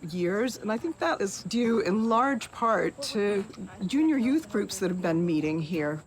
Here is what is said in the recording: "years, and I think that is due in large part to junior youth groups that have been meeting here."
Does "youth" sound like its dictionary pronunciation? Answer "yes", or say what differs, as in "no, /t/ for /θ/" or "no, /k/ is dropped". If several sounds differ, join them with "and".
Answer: yes